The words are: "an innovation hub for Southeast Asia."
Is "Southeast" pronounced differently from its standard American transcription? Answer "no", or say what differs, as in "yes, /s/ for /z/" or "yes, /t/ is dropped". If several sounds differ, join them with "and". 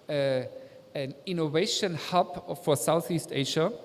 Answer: no